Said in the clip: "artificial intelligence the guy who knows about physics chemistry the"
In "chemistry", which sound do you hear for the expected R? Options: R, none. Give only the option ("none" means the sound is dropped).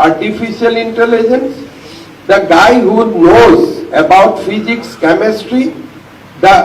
R